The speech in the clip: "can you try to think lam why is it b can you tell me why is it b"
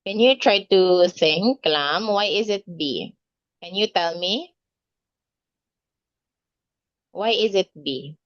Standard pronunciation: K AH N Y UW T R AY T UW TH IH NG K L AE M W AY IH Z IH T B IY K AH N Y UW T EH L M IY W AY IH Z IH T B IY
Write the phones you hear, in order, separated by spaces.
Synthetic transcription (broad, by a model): K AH N Y UW T R AY T UW S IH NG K L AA M W AY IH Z IH T B IY K AH N Y UW T EH L M IY W AY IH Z IH T B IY